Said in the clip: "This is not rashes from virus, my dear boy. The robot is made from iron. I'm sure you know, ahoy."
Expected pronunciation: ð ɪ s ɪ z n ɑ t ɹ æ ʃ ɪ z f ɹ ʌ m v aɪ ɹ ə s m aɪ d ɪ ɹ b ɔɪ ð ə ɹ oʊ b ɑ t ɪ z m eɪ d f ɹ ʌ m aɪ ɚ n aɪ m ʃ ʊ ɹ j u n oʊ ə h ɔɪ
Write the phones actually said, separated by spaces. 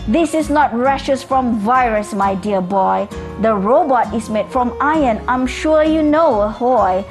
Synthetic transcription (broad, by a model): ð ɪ s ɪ s n ɑ t ɹ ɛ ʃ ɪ s f ɹ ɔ m v aɪ ɹ ə s m aɪ d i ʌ b ɔɪ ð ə ɹ oʊ b ɑ t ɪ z m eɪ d f ɹ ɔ m aɪ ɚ n aɪ m ʃ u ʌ j u n oʊ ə h ɔɪ